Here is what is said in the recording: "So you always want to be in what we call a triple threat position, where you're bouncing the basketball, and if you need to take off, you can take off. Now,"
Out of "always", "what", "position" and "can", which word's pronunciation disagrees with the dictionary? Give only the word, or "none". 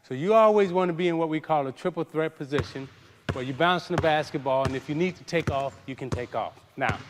none